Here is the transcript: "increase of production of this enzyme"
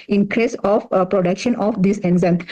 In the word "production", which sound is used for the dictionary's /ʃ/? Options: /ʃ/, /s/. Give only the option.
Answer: /ʃ/